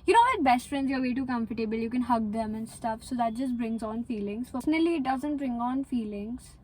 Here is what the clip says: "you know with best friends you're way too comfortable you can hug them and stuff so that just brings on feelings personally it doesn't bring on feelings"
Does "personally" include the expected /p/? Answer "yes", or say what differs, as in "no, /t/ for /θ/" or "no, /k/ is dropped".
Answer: no, /f/ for /p/